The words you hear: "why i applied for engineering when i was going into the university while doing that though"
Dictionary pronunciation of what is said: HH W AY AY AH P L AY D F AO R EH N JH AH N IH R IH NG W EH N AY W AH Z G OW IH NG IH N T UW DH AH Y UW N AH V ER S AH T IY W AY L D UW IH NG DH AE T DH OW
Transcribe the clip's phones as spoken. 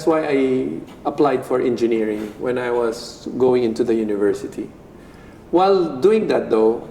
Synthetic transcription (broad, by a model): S W AY AY AH P L AY D F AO R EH N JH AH N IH R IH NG W EH N AY W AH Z G OW IH NG IH N T UW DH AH Y UW N AH V ER S AH T IY W AY L D UW IH NG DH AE T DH OW